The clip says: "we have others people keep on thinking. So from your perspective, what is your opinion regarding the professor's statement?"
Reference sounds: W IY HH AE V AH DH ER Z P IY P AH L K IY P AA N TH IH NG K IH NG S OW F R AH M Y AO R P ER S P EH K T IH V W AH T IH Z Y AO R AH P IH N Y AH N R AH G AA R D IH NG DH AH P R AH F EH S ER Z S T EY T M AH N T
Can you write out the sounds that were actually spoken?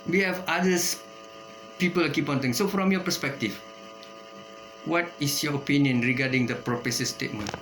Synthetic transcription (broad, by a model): W IY HH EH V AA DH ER S P IY P AH L K IY P AA N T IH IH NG S OW F R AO M Y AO P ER S P EH K T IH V W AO T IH S Y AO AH P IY N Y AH N R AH G AA D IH NG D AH P R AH P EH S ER S T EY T M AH N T